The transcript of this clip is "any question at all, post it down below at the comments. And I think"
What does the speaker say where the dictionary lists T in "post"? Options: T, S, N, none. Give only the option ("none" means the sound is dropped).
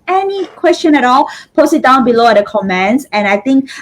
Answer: none